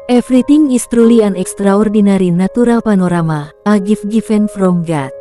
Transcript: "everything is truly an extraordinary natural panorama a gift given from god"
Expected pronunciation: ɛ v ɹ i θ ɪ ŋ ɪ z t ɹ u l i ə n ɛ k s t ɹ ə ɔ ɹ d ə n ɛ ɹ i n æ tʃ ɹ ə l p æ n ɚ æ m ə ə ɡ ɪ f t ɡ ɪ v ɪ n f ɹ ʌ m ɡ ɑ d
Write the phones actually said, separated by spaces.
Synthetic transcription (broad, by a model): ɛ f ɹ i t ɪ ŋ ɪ s t ɹ u l i ə n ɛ k s t ɹ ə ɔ ɹ d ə n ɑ ɹ i n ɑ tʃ ɹ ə l p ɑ n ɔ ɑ m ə ə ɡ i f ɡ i f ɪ n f ɹ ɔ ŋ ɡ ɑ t